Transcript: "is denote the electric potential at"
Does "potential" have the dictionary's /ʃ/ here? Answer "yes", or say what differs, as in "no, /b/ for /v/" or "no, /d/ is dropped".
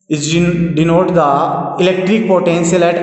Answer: no, /s/ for /ʃ/